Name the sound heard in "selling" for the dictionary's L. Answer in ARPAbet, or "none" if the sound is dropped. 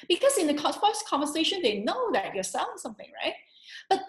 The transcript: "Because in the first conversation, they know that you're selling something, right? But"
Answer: none